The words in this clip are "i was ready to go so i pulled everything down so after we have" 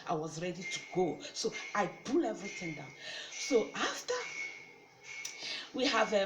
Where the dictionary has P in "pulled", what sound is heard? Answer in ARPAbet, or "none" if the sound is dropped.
B